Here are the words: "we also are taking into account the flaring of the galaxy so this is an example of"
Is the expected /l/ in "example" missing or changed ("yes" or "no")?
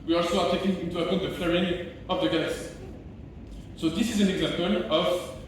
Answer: no